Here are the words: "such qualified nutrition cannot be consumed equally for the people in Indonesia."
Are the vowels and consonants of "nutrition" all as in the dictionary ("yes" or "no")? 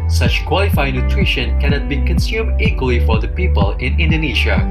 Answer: yes